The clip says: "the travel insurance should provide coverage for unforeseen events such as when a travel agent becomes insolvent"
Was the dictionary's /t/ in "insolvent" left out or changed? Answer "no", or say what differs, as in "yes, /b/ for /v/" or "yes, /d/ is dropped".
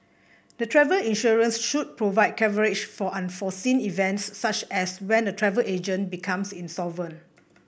yes, /t/ is dropped